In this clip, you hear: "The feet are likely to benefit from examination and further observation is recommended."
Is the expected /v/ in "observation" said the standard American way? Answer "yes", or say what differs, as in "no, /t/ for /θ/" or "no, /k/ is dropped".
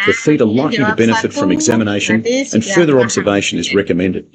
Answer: yes